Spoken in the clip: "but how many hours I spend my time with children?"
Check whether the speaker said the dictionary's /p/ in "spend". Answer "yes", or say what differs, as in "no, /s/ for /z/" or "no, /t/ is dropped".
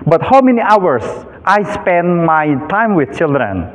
yes